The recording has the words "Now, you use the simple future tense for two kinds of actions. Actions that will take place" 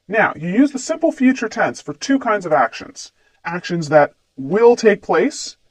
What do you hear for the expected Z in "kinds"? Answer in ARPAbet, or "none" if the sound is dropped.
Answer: Z